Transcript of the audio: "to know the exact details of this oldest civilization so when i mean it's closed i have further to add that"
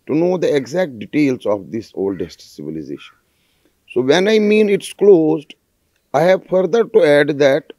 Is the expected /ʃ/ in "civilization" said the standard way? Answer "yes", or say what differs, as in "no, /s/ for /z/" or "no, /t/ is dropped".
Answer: yes